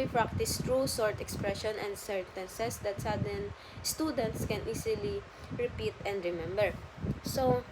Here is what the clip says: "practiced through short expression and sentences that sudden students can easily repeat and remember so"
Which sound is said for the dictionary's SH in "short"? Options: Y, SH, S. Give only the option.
S